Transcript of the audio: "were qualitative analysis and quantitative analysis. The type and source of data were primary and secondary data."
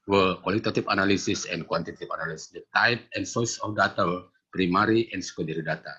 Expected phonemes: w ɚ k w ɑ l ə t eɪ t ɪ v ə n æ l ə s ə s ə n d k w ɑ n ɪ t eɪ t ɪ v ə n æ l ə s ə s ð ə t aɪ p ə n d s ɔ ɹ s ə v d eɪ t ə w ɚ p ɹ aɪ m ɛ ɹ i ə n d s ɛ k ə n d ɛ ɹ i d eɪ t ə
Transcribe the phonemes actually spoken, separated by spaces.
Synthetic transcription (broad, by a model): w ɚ k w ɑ l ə t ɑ t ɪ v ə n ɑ l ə s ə s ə n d k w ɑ n t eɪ t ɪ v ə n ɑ l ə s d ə t aɪ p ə n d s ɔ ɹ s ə f d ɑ t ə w p ɹ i m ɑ ɹ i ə n s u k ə d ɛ ɹ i d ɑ t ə